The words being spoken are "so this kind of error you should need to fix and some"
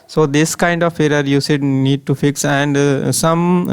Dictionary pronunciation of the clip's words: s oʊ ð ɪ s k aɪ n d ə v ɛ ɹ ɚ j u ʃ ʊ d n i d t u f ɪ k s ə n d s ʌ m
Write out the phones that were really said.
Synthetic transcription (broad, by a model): s oʊ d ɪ s k aɪ n d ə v ɛ ɹ ɚ j u s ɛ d n i d t u f ɪ k s ə n d s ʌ m